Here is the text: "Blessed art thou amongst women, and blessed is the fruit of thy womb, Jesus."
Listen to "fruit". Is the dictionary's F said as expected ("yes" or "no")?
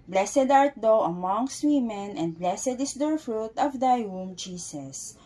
yes